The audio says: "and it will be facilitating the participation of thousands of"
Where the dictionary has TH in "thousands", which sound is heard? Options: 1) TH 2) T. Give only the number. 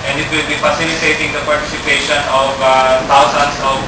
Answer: 2